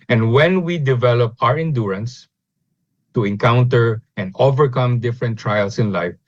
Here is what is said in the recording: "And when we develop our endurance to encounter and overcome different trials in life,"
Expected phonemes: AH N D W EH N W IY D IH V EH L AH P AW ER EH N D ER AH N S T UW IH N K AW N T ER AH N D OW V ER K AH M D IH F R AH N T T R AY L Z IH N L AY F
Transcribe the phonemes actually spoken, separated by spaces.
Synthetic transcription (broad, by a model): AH N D W EH N W IY D IH V EH L AH P AW ER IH N D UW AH N S T UW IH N K AW N T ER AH N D OW V ER K AH M D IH F R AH N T T R AY L S IH N L AY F